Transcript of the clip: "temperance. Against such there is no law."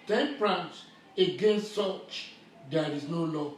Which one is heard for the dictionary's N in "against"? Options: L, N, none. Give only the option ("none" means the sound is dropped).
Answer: N